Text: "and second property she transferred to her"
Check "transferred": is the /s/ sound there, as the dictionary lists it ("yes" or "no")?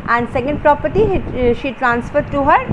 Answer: yes